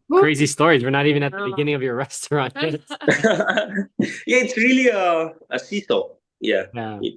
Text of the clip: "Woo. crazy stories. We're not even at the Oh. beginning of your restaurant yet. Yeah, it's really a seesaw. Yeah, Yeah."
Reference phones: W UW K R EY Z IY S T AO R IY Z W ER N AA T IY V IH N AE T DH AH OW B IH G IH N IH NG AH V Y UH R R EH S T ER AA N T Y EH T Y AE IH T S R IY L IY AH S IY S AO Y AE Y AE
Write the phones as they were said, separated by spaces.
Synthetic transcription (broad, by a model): K R EY Z IY S T AO R IY Z W ER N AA T IY V IH N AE T DH AH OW B IH G IH N IH NG AH V Y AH R R EH S T ER AA N T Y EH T Y AE IH T S R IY L IY AH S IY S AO Y AE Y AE